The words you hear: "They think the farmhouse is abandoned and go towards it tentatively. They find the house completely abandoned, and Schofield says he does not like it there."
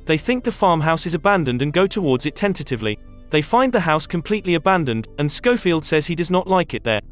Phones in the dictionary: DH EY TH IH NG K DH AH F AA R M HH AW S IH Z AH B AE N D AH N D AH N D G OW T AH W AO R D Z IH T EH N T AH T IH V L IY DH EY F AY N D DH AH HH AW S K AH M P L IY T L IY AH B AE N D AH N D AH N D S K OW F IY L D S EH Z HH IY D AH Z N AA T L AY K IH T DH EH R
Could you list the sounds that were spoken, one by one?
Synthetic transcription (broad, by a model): DH EY TH IH NG K DH AH F AA R M HH AW S IH Z AH B AE N D AH N D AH N G OW T AH W AO R D Z IH T EH N T AH T IH V L IY DH EY F AY N DH AH HH AW S K AH M P L IY T L IY AH B AE N D AH N D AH N S K OW F IY L D S EH Z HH IY D AH Z N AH T L AY K IH T DH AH R